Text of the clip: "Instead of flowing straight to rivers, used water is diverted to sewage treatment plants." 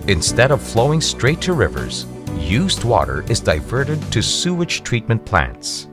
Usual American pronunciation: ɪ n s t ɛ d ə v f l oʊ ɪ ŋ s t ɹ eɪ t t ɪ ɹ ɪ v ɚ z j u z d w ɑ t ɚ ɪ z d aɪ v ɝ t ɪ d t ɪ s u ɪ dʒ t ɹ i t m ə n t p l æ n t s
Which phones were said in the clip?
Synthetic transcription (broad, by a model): ɪ n s t ɛ d ə v f l oʊ ɪ ŋ s t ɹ eɪ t t ɪ ɹ ɪ v ɚ z j u z d w ɑ t ɚ ɪ z d aɪ v ɝ t ɪ d t ɪ s u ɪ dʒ t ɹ i t m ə n p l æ n t s